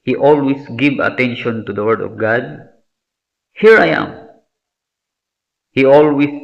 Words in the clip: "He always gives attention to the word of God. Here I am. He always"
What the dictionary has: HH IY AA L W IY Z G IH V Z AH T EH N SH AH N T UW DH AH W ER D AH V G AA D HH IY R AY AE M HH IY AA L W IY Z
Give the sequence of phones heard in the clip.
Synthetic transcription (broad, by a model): HH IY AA L W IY S G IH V AH T EH N SH AH N T UW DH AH W ER D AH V G AA D HH IY R AY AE M HH IY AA L W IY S